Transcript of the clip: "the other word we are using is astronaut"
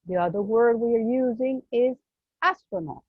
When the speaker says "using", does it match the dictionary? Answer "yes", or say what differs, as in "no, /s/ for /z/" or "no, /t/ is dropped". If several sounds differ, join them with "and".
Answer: yes